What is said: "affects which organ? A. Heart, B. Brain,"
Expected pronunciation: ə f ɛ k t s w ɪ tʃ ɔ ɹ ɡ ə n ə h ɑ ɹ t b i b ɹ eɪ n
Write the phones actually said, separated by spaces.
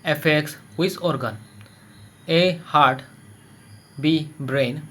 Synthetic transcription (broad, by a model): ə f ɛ k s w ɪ s ɔ ɹ ɡ ə n ə h ɑ ɹ t b i b ɹ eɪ n